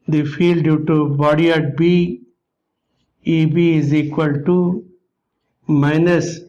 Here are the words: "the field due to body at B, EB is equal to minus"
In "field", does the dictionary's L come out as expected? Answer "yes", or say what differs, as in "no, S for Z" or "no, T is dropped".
yes